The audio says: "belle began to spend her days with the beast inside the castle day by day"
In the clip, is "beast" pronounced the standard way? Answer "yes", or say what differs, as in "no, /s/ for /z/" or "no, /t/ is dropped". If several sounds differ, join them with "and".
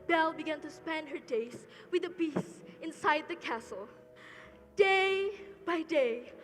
no, /t/ is dropped